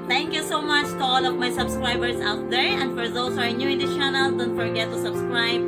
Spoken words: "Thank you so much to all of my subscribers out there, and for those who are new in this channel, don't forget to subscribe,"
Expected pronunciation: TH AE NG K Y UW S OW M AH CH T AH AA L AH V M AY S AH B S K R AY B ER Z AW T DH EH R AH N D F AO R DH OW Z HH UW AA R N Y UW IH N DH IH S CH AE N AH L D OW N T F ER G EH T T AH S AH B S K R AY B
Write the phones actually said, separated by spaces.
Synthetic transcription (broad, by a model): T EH NG K Y UW S OW M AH CH T AH AA L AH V M AY S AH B S K R AY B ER S AW T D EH R AH N D F AO R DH OW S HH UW AA R N Y UW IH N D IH CH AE N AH L D OW N T F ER G EH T T AH S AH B S K R AY B